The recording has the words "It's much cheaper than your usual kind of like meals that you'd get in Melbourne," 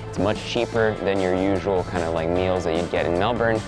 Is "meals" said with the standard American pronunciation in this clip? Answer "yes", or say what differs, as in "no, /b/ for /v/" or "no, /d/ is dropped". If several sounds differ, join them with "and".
yes